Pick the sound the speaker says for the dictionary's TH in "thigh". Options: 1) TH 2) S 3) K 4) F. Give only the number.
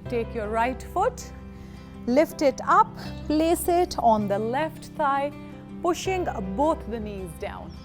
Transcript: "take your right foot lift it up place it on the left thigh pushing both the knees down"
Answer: 2